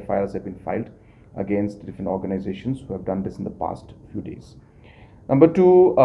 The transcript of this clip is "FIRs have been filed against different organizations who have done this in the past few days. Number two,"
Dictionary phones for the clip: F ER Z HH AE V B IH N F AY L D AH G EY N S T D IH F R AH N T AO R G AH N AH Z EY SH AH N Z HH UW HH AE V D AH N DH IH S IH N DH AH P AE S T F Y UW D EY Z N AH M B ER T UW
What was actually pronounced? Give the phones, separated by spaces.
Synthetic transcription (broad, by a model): F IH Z HH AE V B IH N F AY L D AH G EY N S T D IH F R AH N T AO R G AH N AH Z EY SH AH N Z HH UW HH AE V D AH N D IH S IH N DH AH P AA S T F Y UW D EY Z N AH M B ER T UW